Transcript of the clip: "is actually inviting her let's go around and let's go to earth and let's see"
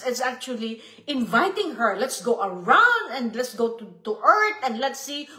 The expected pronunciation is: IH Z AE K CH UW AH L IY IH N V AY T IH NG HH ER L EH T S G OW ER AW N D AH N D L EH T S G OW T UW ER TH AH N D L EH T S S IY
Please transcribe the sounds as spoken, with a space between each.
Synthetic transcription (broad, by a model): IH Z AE K CH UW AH L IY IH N V AY T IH NG HH ER L EH T S G OW ER AW N D AH N D L EH T S G OW T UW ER T AH N D L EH T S S IY